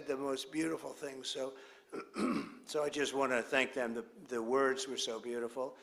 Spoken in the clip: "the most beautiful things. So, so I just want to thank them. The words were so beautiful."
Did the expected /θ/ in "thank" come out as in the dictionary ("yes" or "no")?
yes